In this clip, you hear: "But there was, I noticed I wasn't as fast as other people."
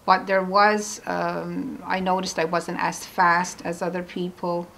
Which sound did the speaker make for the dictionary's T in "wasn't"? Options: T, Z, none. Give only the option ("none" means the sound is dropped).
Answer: T